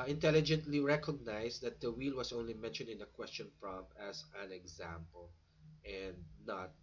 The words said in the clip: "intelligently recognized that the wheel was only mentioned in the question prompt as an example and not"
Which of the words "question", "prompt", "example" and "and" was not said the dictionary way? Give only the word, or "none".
prompt